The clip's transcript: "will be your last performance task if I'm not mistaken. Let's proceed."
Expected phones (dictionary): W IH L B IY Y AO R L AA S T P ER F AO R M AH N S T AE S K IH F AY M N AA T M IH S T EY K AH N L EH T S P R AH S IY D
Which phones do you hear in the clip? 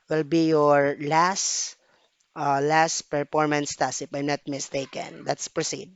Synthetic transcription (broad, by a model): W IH L B IY Y AO R L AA S T P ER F AO R M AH N S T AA S IH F AY M N AA T M IH S T EY K AH N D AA T S P R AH S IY D